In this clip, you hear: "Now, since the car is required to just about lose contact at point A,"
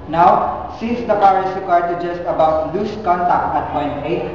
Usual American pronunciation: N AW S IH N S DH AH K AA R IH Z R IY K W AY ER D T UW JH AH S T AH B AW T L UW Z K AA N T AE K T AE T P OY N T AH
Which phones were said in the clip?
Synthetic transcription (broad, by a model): N AW S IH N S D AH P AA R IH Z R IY K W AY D T UW JH AH S T AH B AW T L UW S K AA N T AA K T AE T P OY N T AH